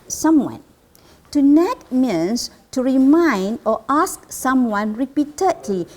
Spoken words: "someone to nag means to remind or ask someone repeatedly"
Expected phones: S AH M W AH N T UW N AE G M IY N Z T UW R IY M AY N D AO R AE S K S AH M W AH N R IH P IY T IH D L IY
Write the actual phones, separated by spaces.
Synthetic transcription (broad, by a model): S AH M W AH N T UW N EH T M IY N S T UW R IY M AY N D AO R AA S K S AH M W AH N R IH P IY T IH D L IY